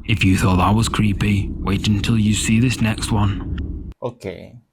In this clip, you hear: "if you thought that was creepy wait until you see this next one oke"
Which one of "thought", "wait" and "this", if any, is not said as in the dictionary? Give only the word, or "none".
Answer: none